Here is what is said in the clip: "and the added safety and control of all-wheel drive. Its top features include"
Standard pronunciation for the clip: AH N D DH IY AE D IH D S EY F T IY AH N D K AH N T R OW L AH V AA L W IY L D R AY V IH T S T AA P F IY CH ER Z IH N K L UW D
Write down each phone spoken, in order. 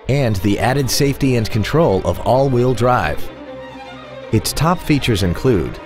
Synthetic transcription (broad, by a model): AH N DH IY AE D IH D S EY F T IY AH N K AH N T R OW L AH V AA L W IY L D R AY V IH T S T AA P F IY CH ER Z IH N K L UW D